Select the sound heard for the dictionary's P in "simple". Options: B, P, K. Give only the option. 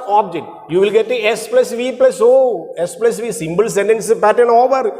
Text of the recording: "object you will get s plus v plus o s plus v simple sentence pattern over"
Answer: B